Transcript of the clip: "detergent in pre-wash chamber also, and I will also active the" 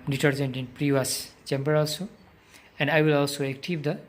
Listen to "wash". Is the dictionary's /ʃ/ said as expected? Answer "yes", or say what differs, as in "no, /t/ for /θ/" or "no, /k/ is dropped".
no, /s/ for /ʃ/